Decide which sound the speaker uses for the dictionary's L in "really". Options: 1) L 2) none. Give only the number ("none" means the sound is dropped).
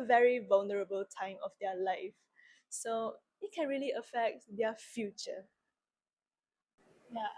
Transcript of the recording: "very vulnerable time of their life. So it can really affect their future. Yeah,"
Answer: 1